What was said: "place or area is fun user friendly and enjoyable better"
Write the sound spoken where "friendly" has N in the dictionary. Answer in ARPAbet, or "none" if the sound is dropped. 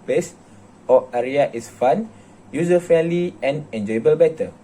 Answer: none